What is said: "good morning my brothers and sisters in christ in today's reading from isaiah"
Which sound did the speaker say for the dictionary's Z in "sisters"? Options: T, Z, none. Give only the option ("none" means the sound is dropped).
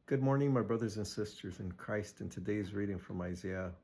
Z